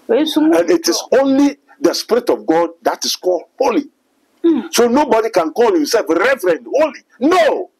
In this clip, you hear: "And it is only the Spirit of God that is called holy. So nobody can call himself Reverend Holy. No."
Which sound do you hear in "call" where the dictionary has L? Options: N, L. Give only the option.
L